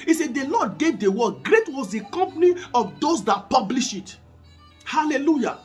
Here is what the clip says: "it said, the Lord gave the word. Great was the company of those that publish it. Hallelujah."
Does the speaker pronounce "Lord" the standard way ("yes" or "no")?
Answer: no